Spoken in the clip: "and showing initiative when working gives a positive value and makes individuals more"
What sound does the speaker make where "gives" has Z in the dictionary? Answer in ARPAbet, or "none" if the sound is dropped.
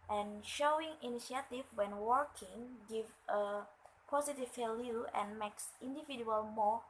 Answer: none